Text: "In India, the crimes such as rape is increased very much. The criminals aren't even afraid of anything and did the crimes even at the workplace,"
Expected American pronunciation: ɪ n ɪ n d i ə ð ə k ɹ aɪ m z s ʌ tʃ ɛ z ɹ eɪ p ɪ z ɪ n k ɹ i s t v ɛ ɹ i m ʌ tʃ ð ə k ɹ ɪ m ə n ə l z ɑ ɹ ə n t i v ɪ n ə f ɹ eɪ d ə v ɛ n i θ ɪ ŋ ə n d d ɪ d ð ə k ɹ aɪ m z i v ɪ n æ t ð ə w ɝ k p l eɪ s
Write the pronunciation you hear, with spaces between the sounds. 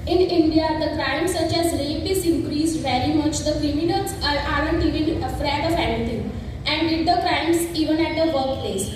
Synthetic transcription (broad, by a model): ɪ n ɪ n d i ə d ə k ɹ aɪ m s ʌ tʃ ɛ z l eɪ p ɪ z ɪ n k ɹ i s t v ɛ ɹ i m ʌ tʃ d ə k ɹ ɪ m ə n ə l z ɑ ɹ ə n t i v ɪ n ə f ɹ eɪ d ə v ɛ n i t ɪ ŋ ə n d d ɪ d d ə k ɹ aɪ m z i v ɪ n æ t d ə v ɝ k p l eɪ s